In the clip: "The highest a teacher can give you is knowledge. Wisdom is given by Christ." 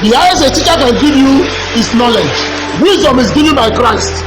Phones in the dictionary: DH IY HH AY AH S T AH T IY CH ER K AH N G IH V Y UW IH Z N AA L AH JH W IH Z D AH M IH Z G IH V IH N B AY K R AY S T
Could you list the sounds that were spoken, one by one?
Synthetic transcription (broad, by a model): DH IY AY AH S AH T IY CH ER K AH N G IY V Y UW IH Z N AA L AH JH W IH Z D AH M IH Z G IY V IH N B AY K R AY S T